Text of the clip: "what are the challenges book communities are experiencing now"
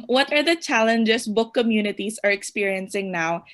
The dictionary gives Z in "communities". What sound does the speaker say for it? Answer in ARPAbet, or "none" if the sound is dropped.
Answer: S